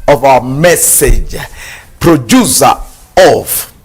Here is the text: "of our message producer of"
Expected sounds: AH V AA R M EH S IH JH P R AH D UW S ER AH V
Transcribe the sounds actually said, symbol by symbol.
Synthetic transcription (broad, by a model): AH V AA W M EH S IH JH P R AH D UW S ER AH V